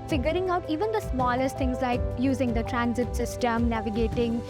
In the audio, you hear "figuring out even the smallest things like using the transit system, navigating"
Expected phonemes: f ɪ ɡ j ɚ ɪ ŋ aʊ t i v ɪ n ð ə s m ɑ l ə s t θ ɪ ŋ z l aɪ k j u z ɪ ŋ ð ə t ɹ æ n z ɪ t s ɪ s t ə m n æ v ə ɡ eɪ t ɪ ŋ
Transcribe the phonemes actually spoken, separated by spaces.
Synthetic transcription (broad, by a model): f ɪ ɡ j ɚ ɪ ŋ aʊ t i v ɪ n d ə s m ɑ l ə s t t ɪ ŋ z l aɪ k j u z ɪ ŋ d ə t ɹ æ n z ɪ t s ɪ s t ə m n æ v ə ɡ eɪ t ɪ ŋ